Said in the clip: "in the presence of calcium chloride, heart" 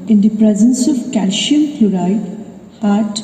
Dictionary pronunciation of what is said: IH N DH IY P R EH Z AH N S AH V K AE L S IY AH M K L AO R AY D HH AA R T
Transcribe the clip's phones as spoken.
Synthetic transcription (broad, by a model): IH N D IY P R EH Z AH N S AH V K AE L SH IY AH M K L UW R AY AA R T